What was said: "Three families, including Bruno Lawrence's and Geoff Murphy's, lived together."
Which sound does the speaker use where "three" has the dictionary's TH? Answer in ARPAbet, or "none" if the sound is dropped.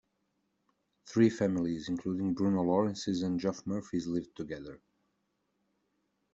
TH